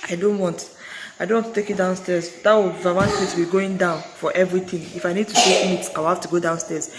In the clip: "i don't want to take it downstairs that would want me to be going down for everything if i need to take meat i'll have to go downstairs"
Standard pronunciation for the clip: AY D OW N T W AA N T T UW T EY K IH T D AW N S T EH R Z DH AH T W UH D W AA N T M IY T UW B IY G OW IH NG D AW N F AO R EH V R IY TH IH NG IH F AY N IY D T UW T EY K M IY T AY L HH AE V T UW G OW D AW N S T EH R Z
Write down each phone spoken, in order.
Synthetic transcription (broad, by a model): AY D OW N T W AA N T T UW T EY K IH T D AW N S T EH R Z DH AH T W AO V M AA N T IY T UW B IY G OW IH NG D AW N F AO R EH V R IY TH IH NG IH F AY N IY D T UW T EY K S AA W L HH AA F T UW G OW D AW N S T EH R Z